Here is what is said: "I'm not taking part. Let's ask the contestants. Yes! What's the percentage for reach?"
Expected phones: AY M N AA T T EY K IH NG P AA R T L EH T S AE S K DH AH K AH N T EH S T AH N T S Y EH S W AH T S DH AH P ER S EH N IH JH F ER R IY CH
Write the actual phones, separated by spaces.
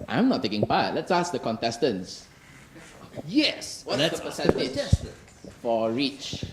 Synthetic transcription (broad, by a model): AY M N AA T T EY K IH NG P AA T L EH T S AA S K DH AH K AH N T EH S T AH N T S Y EH S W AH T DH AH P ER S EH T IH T F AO R IY CH